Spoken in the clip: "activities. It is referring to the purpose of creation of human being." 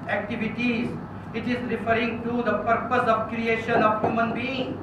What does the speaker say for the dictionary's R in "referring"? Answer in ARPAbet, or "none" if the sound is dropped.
R